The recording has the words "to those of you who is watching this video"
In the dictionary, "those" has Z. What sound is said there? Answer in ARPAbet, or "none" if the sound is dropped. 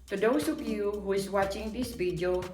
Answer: S